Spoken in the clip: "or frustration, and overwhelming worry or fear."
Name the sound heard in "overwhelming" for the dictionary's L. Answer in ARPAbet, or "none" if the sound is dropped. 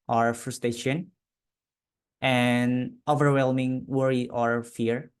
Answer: L